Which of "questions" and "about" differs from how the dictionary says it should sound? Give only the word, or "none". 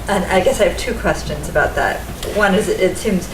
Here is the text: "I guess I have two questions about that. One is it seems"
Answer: none